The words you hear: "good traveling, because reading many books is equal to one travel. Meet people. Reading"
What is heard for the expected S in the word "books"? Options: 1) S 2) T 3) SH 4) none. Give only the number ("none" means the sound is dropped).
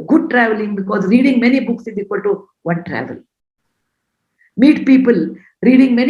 1